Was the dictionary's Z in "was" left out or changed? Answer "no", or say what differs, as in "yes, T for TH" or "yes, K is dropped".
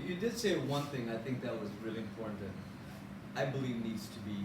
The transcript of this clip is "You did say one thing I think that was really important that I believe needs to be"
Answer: no